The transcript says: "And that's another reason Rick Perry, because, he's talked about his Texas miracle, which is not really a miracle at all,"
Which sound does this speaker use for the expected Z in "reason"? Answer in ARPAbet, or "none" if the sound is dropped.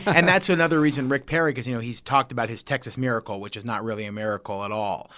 Z